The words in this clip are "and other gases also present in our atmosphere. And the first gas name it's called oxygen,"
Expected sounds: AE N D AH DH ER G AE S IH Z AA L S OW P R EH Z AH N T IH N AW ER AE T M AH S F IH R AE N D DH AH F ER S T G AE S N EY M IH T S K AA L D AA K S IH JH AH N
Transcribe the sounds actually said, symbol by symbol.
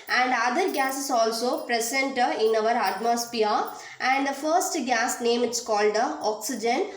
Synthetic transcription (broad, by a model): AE N D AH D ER G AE S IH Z AA L S OW P R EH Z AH N T IH N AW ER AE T M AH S P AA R AE N D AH F ER S T G AE S N EY M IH T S K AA L D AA K S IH JH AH N